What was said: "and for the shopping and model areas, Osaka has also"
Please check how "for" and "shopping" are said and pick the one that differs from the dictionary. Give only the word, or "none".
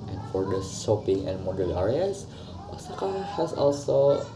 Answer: shopping